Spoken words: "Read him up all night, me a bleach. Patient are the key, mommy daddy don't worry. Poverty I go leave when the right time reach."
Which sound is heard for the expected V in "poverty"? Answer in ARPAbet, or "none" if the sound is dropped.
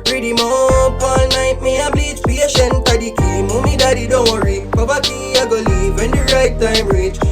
B